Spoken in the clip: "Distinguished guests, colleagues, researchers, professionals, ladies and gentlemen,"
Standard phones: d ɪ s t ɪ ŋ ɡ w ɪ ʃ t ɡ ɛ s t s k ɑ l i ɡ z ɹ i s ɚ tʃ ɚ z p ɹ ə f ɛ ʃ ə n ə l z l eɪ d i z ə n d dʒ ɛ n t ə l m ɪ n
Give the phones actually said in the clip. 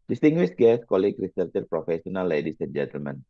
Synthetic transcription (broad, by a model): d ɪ s t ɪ ŋ ɡ w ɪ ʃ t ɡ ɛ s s k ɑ l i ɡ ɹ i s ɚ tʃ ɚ p ɹ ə f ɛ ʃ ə n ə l l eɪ d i s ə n dʒ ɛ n t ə l m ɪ n